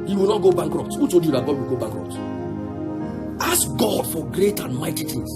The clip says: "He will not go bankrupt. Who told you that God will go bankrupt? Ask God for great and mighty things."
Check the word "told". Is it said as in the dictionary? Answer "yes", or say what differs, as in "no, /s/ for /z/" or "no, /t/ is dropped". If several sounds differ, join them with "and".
no, /l/ is dropped